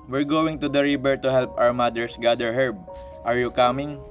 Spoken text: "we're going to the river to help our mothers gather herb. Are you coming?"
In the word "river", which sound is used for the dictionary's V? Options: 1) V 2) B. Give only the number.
2